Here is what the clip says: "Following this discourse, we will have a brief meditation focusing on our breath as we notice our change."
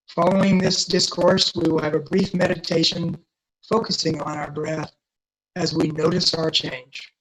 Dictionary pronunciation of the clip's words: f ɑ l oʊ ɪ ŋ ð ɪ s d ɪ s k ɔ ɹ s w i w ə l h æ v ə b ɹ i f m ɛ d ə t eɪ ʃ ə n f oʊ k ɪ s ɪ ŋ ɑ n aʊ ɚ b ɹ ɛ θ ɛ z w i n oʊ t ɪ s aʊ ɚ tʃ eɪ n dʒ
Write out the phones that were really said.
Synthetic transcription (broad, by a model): f ɑ l oʊ ɪ ŋ ð ɪ s d ɪ s k ɔ ɹ s w i w ə l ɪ v ə b ɹ i f m ɛ d ə t eɪ ʃ ə n f oʊ k ɪ s ɪ ŋ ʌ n aʊ ɚ b ɹ ɛ θ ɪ z w i n oʊ t ɪ s aʊ ɚ tʃ eɪ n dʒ